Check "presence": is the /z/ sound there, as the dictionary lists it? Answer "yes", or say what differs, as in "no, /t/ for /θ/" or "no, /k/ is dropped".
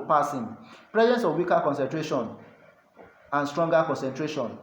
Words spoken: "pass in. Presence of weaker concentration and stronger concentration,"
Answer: yes